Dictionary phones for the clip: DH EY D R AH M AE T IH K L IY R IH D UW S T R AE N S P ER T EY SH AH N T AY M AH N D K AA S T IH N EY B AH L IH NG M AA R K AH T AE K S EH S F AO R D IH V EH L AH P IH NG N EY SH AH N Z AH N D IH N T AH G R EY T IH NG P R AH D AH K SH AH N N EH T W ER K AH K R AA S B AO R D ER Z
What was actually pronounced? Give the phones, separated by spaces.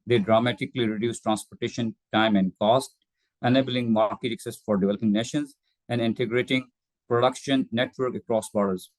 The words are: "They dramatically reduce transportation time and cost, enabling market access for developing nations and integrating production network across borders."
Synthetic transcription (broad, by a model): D EY D R AH M AE T IH K L IY R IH D UW S T R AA N S P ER T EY SH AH N T AY M AH N D K AA S T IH N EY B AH L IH NG M AA R K AH T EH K S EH S F AO R D IH V EH L AH P IH NG N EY SH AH N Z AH N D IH N T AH G R EY T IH NG P R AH D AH K SH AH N N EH T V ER K AH K R AA S B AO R D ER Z